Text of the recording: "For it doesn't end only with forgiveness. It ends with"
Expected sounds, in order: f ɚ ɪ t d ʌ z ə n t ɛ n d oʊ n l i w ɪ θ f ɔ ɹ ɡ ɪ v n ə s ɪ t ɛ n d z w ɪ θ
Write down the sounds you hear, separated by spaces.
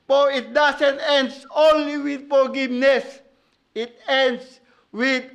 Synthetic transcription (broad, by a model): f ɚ ɪ t d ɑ s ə n t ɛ n d oʊ n l i w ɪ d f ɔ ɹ ɡ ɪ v n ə s ɪ t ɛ n d s w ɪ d